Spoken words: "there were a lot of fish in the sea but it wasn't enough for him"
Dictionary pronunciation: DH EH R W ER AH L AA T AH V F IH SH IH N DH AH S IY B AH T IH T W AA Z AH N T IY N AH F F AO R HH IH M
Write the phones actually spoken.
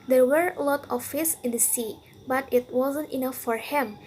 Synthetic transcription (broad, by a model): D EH R W ER AH L AA T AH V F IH S IH N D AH S IY B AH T IH T W AA Z AH N T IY N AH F F AO R HH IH M